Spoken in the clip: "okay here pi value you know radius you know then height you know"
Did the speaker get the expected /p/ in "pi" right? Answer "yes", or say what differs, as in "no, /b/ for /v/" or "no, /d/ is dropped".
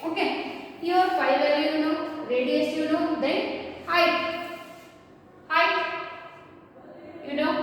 no, /f/ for /p/